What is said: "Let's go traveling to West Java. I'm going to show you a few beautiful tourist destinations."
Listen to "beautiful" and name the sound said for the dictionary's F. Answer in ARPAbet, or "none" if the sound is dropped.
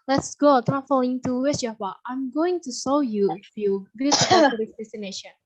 none